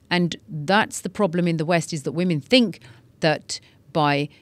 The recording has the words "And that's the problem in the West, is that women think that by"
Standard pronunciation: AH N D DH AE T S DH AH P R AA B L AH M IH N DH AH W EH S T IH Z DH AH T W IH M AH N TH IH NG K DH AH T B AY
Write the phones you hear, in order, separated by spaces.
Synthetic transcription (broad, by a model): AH N DH AE T S DH AH P R AA B L AH M IH N DH AH W EH S T IH Z DH AH T W IH M AH N TH IH NG K DH AH T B AY